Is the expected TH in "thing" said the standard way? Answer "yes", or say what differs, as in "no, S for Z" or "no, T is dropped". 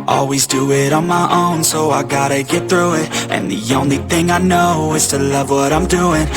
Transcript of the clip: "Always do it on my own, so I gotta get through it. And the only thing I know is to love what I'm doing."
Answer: yes